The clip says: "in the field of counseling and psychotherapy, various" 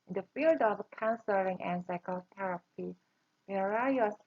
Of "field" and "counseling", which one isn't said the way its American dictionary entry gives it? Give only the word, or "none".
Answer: none